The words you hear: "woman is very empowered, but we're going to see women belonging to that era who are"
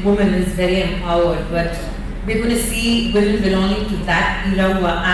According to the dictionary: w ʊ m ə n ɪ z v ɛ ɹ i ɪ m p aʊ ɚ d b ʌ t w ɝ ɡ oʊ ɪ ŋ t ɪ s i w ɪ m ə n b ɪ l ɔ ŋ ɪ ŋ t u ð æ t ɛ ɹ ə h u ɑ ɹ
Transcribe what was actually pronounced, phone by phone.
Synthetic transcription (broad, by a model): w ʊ m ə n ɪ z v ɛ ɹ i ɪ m aʊ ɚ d b ʌ t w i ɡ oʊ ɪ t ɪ s i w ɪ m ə n b ɪ l ɔ ŋ ɪ ŋ t u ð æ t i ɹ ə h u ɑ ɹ